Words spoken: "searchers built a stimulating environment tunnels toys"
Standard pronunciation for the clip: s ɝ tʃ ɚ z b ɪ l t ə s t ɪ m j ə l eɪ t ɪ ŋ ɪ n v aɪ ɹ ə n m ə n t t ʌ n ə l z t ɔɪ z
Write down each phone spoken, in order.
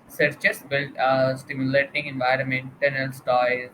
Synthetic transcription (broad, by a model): s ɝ tʃ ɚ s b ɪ l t s t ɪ m j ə l eɪ t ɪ ŋ ɪ n v aɪ ɹ ə n m ə n t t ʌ n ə l s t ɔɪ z